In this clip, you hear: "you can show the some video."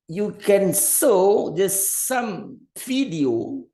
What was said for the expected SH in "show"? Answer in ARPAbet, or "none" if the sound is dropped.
S